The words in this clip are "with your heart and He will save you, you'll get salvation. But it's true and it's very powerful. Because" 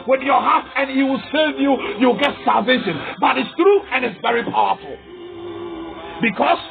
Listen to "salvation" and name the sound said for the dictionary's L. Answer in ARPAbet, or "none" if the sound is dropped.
L